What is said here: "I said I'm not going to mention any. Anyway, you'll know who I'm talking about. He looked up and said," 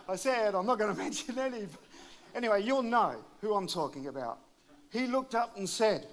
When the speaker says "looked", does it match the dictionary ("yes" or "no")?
yes